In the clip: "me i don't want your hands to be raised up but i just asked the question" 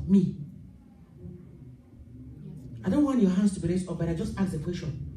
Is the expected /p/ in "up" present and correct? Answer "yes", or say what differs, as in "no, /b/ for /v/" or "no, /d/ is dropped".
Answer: no, /f/ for /p/